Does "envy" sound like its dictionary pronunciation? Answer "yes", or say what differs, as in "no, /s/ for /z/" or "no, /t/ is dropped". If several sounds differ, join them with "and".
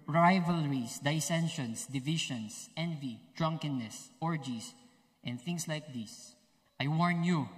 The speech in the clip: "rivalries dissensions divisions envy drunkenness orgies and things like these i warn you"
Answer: yes